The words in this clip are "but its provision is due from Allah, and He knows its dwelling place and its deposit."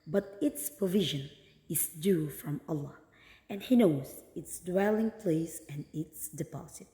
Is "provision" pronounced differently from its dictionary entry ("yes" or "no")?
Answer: no